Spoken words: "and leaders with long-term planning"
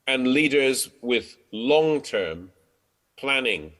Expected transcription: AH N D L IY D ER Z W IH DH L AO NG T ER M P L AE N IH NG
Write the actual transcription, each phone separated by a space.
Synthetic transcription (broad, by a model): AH N L IY D ER Z W IH DH L AO NG T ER M P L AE N IH NG